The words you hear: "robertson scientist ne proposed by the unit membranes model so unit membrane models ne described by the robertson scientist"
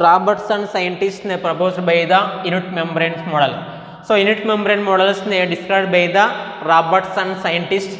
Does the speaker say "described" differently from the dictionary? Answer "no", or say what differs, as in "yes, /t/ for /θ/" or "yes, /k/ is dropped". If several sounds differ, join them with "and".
yes, /b/ is dropped